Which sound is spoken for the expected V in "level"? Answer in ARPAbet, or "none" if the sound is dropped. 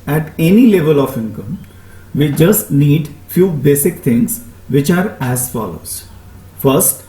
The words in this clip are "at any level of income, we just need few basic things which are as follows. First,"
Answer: V